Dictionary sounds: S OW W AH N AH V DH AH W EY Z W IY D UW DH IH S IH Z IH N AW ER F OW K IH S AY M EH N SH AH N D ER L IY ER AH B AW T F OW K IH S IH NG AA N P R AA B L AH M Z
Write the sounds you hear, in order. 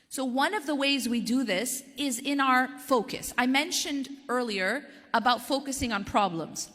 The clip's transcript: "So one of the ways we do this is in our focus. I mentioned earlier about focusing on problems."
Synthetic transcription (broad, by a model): S OW W AH N AH V DH AH W EY Z W IY D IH DH IH S IH Z IH N AW ER F OW K IH S AY M EH N SH AH N D ER L IY ER AH B AW T F OW K IH S IH NG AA N P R AA B L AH M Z